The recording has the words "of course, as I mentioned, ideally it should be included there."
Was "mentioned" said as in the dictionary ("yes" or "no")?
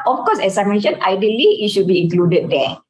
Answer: no